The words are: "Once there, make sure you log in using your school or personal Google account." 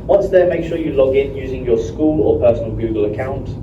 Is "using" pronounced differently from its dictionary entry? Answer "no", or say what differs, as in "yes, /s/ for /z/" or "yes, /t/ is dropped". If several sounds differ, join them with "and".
no